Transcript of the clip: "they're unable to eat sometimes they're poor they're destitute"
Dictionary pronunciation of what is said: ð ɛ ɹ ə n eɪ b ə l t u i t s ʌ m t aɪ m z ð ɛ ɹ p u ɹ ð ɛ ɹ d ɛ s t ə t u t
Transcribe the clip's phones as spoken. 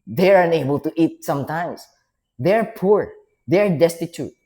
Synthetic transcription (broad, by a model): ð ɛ ɹ ə n eɪ b ə l t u i t s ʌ m t aɪ m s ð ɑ ɹ p u ɹ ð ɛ ɹ d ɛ s t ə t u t